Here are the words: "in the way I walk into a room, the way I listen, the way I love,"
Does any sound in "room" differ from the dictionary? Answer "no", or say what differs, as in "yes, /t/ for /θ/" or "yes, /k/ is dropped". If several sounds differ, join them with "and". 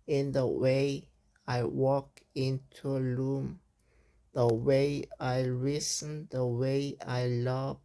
yes, /l/ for /ɹ/